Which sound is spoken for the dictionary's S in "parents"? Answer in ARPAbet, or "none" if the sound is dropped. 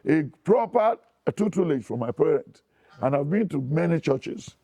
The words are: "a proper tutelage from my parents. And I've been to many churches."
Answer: none